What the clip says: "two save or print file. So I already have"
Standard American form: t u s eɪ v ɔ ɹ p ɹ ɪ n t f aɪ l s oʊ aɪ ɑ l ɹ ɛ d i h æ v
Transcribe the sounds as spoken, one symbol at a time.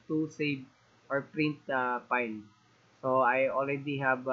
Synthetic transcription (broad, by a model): t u s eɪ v ɔ ɹ p ɹ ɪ n t p aɪ n s oʊ aɪ ɑ l ɹ ɛ d i h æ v